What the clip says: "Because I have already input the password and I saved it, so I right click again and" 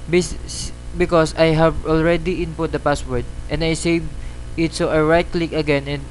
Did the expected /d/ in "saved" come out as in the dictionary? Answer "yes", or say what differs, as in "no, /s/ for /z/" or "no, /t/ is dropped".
no, /d/ is dropped